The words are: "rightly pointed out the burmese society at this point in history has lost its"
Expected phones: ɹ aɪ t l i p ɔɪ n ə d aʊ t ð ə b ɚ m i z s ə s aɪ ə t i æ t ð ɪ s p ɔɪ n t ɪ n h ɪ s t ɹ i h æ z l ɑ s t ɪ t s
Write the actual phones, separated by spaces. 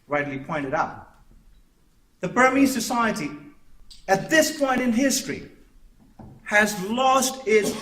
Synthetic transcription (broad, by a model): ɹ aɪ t l i p ɔɪ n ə d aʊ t ð ə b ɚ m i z s ə s aɪ ə t i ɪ t ð ɪ s p ɔɪ n t ɪ n h ɪ s t ɹ i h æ z l ɑ s t ɪ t s